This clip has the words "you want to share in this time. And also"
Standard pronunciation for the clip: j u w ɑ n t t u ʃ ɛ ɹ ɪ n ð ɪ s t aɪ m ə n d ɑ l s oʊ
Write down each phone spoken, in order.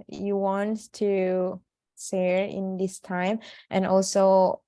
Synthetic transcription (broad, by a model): j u w ɑ n t t u s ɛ ɹ ɪ n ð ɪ s t aɪ m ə n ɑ l s oʊ